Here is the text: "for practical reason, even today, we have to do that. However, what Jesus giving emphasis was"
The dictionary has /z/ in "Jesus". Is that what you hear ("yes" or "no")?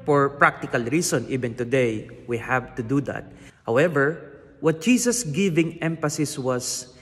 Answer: no